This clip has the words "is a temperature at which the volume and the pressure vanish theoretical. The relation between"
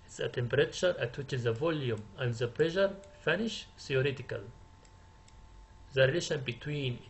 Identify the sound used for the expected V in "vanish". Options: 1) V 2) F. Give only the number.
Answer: 2